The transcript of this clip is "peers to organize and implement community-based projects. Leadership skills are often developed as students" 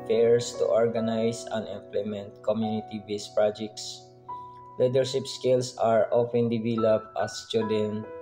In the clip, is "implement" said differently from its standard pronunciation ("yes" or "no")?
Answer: no